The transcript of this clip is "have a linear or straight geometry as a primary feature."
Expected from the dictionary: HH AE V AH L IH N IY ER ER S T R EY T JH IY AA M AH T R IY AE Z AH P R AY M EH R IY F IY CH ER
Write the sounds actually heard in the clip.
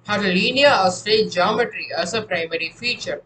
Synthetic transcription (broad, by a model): HH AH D L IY N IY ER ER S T EY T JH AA M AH T R IY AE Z AH P R AY M EH R IY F IY CH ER